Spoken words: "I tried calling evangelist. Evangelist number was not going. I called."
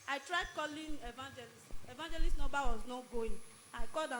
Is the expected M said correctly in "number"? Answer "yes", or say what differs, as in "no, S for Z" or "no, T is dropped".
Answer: no, M is dropped